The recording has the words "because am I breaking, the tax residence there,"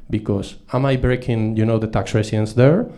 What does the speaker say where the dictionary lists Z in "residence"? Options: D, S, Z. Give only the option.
S